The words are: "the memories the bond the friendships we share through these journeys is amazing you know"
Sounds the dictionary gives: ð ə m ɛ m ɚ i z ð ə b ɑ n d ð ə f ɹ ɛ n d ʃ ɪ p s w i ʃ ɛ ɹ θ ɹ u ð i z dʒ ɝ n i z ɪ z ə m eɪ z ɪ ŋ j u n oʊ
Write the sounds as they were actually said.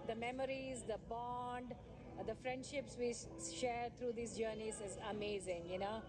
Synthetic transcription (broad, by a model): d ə m ɛ m ɚ i z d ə b ɑ n d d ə f ɹ ɛ n d ʃ ɪ p s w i ʃ ɛ ɹ t ɹ u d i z dʒ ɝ n i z ɪ z ə m eɪ z ɪ ŋ j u n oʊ